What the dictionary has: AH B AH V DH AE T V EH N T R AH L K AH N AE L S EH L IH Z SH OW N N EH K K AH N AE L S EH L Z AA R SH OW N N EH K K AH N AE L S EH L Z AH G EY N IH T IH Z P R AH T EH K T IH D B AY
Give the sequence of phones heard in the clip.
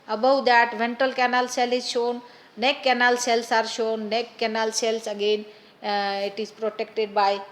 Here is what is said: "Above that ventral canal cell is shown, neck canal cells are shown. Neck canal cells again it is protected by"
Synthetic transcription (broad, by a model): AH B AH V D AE T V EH N T AH L K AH N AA L S EH L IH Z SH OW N N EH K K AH N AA L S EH L S AA R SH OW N N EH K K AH N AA L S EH L S AH G EY N IH T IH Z P R AH T EH K T IH D B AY